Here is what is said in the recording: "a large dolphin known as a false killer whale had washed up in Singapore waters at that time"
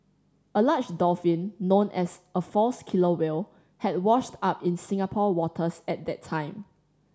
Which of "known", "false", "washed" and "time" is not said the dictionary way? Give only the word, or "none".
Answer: none